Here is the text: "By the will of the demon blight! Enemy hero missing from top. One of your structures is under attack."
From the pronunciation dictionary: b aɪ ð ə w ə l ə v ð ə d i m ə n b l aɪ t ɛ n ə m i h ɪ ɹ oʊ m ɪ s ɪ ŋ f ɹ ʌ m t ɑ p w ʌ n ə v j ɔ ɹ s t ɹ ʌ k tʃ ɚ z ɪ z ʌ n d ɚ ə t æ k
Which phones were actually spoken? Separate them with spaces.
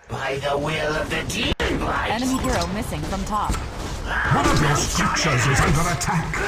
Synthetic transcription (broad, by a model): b aɪ ð ə w ə l ə v ð ə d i ə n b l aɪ ɛ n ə m i h ɪ ɹ oʊ m ɪ s ɪ ŋ f ɹ ʌ m t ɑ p w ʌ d ə v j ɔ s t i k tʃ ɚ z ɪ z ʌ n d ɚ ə t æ k